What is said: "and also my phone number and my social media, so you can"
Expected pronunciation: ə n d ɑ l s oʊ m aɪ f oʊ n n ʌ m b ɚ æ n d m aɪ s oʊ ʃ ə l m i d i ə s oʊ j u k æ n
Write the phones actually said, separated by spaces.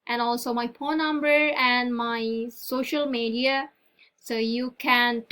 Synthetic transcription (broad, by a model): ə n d ɑ l s oʊ m aɪ p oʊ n n ʌ m b ɚ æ n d m aɪ s oʊ ʃ ə l m i d i ə s oʊ j u k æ n